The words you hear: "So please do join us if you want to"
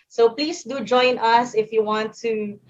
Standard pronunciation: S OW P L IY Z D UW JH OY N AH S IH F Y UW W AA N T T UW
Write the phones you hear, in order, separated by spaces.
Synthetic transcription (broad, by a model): S OW P L IY S D UW JH OY N AH S IH F Y UW W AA N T T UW